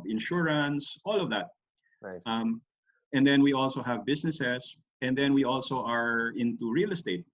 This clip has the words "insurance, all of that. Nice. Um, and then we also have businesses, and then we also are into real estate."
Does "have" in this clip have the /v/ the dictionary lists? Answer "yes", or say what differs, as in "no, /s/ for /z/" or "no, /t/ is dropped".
yes